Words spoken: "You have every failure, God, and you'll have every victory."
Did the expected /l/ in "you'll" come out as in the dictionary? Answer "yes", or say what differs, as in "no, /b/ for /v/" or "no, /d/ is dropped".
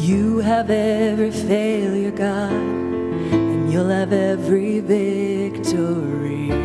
yes